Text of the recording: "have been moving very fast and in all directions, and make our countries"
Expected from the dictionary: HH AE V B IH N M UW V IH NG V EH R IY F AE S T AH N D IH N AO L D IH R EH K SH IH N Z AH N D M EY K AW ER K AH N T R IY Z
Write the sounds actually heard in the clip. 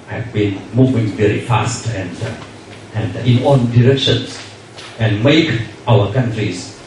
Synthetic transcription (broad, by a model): HH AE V B IH N M UW V IH NG V EH R IY F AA S T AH N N IH N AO N D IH R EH K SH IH N S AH N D M EY K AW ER K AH N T R IY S